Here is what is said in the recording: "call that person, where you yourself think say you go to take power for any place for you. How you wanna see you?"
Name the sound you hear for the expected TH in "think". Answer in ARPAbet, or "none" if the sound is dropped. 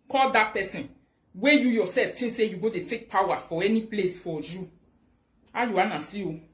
T